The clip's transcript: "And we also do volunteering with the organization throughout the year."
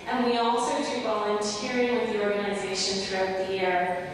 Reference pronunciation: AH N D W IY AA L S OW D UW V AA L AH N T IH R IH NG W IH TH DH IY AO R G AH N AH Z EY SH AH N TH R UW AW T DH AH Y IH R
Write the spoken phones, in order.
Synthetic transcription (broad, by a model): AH N W IY AA L S OW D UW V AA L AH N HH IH R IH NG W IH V DH IY AO R G AH N AH Z EY SH AH N TH R UW AW T DH AH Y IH R